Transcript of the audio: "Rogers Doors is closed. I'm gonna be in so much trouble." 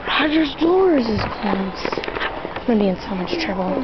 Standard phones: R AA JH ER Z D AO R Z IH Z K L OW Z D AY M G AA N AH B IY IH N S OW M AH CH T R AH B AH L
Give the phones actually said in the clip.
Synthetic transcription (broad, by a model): R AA JH ER Z D AO R Z IH Z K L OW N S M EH AH B IY IH N S OW M AH CH T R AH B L